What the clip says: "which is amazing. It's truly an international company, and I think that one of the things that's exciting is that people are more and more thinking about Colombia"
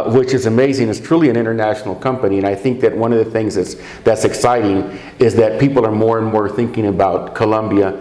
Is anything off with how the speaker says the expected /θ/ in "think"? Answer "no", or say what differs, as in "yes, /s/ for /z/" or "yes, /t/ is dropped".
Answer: no